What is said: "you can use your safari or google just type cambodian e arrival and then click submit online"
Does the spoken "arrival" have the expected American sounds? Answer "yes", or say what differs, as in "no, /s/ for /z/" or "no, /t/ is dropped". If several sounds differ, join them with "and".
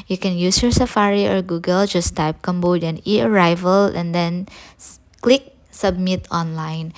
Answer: yes